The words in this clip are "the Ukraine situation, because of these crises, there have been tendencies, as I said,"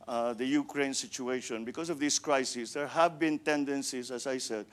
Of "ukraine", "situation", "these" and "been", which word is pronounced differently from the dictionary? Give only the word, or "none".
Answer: these